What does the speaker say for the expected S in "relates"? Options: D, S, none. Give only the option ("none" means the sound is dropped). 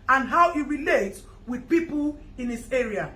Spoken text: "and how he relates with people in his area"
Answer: none